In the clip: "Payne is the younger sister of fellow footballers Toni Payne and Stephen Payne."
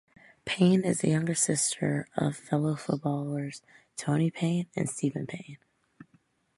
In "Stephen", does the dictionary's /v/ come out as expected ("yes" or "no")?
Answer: yes